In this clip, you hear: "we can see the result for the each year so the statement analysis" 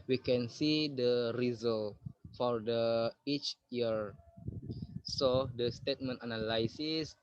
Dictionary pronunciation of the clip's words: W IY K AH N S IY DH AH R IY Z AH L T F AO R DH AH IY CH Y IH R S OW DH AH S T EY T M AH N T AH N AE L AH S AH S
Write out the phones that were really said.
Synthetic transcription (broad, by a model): W IY K AH N S IY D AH R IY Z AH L F AO R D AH IY CH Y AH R S OW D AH S T EY T M AH N T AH N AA L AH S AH S